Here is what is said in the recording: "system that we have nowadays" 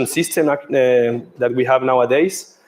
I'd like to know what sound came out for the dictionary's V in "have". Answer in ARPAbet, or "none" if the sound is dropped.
V